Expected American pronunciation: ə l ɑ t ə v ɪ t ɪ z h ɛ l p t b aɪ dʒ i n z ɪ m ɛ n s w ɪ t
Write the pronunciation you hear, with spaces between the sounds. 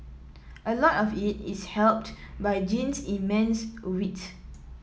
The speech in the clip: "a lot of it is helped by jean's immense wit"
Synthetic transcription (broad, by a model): ə l ɑ t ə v ɪ t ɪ s h ɛ l p t b aɪ dʒ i n s ɪ m ɛ n s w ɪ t